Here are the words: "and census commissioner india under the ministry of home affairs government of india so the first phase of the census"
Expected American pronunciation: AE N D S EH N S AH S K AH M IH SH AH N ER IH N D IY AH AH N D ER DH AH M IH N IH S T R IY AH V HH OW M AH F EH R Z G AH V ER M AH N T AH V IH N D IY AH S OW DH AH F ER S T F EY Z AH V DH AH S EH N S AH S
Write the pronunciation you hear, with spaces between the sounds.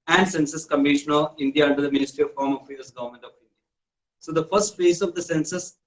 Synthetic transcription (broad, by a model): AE N D S EH N S AH S K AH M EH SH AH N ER IH N D IY AH AH N D ER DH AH M IH N IH S T R IY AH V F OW M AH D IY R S G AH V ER M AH N T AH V IH N D IY AH S OW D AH F ER S T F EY S AH V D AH S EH N S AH S